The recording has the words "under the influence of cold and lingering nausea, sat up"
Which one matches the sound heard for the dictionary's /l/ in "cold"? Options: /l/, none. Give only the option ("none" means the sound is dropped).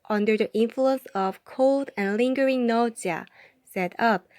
/l/